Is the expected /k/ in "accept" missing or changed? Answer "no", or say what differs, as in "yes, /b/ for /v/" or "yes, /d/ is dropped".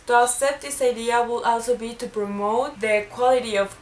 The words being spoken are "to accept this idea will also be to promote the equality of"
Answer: yes, /k/ is dropped